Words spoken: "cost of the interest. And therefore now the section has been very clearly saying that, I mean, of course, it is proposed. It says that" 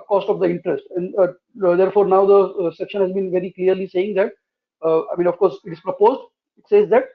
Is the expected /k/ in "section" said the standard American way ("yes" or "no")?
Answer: yes